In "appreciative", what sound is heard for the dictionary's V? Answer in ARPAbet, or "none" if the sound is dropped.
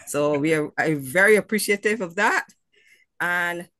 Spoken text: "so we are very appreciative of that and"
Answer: V